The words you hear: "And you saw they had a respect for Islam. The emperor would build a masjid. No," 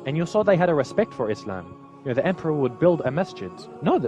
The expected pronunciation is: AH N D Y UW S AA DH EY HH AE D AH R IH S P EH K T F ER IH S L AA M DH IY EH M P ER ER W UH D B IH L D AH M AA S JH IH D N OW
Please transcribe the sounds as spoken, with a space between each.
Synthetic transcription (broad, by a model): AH N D Y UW S AA DH EY HH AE D AH R IH S P EH K T F ER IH S L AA M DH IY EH M P ER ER W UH D B IH L D AH M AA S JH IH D N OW